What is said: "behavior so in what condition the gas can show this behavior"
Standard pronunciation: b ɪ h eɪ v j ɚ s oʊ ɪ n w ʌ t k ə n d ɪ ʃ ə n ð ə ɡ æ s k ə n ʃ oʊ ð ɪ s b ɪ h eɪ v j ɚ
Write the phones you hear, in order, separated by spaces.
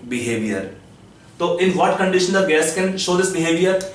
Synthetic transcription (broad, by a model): b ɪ h eɪ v j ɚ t oʊ ɪ n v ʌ t k ə n d ɪ ʃ ə n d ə ɡ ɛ s k ə n ʃ oʊ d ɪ s b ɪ h eɪ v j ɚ